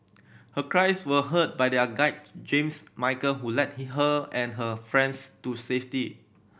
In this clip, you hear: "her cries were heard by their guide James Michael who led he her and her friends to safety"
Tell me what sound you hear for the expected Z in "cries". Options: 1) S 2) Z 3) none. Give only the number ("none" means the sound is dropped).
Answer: 1